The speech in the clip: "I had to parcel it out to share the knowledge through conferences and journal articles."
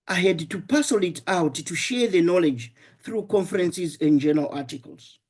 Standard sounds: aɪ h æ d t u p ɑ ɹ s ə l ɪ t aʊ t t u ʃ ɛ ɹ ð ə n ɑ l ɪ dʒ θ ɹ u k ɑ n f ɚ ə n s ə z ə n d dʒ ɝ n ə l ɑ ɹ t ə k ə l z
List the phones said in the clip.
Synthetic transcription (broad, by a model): aɪ h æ d t u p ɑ s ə l ɪ t aʊ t t u ʃ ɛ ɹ ð ə n ɑ l ɪ dʒ θ ɹ u k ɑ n f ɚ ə n s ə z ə n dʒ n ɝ ə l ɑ ɹ t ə k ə l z